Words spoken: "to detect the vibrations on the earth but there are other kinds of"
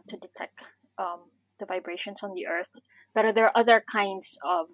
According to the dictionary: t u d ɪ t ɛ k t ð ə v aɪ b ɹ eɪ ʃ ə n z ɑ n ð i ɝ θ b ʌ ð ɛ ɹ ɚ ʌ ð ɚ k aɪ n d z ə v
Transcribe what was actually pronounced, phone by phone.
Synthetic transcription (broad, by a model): t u d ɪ t ɛ k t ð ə v aɪ b ɹ eɪ ʃ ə n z ɑ n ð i ɝ θ b ʌ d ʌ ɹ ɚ ʌ ð ɚ k aɪ n d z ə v